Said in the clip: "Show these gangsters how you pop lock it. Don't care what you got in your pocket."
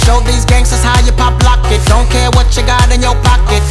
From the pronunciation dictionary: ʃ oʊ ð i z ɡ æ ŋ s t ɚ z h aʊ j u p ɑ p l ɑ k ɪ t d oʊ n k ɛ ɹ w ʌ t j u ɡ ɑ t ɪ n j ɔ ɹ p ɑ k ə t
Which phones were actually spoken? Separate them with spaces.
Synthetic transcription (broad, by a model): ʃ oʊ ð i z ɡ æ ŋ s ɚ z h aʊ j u p ɑ p l ɑ k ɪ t d oʊ n k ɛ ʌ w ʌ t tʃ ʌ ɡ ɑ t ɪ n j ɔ w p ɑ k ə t